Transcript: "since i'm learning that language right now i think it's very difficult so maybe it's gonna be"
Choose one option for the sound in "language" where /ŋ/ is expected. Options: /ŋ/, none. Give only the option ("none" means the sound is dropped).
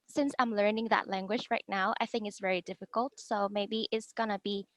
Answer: /ŋ/